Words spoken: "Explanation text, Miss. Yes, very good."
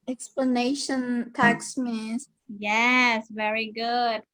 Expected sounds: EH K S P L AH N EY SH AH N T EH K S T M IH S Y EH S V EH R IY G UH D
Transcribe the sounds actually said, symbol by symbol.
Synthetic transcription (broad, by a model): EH K S P L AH N EY SH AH N T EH K S M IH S Y EH S V EH R IY G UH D